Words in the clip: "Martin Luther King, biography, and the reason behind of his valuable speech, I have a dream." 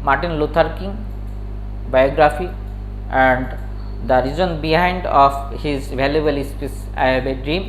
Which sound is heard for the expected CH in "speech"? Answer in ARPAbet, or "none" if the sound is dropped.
S